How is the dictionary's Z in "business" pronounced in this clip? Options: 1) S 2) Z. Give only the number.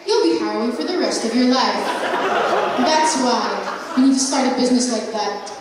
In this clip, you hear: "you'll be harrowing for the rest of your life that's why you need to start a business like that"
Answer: 2